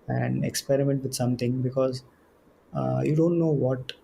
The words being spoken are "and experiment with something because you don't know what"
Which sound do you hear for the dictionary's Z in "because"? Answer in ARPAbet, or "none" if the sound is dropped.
Z